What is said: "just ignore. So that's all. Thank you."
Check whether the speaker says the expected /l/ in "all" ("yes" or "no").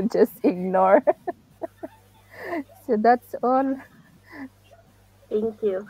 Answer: yes